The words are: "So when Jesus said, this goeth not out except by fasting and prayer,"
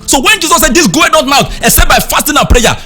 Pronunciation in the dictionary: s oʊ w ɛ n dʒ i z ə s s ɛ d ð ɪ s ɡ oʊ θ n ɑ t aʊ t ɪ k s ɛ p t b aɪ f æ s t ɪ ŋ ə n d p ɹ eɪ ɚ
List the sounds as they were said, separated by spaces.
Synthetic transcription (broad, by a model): s oʊ w ɛ n dʒ i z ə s s ɛ d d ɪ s ɡ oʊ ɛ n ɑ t aʊ t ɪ s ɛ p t b aɪ f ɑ s t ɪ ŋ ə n p ɹ eɪ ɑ